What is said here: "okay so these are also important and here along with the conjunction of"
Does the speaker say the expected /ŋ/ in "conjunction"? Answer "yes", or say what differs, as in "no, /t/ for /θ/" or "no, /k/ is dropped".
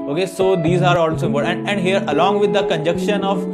no, /ŋ/ is dropped